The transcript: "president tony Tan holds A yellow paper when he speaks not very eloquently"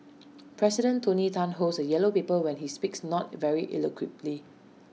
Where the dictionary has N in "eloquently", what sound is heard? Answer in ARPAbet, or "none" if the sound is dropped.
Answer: none